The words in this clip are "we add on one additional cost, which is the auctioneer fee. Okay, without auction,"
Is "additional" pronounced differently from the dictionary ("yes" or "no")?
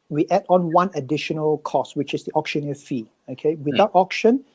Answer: no